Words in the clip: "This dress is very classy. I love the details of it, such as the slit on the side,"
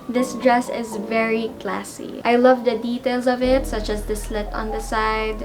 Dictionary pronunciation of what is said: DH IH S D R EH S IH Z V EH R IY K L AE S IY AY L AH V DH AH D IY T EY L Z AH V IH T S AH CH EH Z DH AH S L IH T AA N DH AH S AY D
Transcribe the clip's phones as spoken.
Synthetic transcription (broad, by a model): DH IH S D R EH S IH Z V EH R IY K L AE S IY AY L AH V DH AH D IY T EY L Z AH V IH T S AH CH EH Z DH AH S L IH T AA N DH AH S AY D